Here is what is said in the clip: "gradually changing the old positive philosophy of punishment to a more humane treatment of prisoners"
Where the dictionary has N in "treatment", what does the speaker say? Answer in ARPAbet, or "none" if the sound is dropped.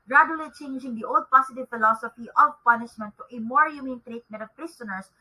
none